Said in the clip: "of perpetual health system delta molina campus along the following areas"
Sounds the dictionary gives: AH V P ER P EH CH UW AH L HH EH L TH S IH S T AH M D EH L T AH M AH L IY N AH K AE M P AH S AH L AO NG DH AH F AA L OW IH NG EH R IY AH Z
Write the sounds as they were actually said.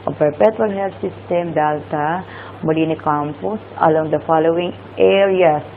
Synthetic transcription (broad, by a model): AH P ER P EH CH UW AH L HH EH L T S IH S T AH M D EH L T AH M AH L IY N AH K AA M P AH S AH L AO NG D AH F AA L OW IH NG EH R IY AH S